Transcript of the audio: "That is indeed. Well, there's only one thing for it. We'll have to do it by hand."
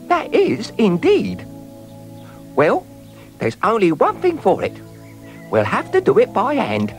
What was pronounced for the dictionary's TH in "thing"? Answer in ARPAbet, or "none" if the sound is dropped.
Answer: TH